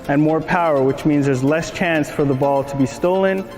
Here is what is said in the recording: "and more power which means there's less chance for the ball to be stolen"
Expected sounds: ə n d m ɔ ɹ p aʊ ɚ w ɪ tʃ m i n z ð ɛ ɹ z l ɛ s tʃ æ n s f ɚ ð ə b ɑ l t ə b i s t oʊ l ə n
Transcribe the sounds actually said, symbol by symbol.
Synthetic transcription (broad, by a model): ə n m ɔ ɹ p aʊ ɚ w ɪ tʃ m i n z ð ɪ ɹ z l ɛ s tʃ æ n s f ɚ ð ə b ɑ l t ə b i s t oʊ l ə n